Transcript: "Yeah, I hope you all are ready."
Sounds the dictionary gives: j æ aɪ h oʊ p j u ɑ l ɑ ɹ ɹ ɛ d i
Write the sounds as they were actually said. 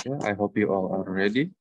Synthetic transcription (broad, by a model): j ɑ aɪ h oʊ p j u ɑ l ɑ l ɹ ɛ d i